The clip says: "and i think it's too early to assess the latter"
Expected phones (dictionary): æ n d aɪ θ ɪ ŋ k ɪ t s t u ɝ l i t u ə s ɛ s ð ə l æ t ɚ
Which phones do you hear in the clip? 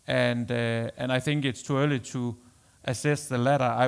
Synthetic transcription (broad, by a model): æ n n aɪ θ ɪ ŋ k ɪ t s t u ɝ l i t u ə s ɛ s ð ə l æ t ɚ